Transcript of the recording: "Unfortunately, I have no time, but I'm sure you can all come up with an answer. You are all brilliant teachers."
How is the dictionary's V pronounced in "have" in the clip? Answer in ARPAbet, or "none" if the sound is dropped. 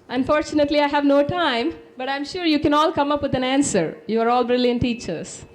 V